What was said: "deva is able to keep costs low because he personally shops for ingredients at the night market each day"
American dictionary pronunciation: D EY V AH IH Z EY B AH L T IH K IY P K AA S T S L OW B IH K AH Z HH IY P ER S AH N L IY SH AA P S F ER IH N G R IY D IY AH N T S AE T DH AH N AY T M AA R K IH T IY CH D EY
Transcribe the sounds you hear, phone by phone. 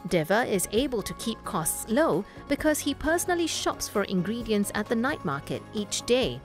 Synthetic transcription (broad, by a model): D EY V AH IH Z EY B AH L T IH K IY P K AA S T S L OW B IH K AH Z HH IY P ER S AH N L IY SH AA P S F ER IH N G R IY D IY AH N T S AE T DH AH N AY T M AA R K IH T IY CH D EY